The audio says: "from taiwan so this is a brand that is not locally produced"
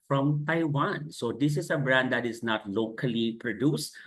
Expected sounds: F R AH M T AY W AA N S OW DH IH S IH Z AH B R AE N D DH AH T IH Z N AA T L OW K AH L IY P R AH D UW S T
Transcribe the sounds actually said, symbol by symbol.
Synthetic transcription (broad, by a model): F R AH M T AY W AA N S OW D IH S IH S AH B R AE N D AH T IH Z N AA T L OW K AH L IY P R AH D UW S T